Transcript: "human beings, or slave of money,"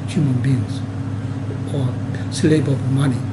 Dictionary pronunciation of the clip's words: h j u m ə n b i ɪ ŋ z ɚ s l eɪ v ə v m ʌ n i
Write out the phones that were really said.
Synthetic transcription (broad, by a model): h j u m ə n b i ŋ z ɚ s l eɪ b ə b m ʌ n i